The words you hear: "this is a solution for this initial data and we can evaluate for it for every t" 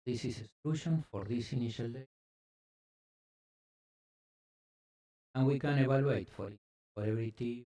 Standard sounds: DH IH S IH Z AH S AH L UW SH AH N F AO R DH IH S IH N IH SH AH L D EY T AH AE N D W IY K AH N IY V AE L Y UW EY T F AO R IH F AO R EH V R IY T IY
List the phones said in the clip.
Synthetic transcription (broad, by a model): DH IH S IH S AH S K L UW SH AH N F AO R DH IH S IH N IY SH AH L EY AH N W IY K AH N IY B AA L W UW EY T F AO R IH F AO R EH B R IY T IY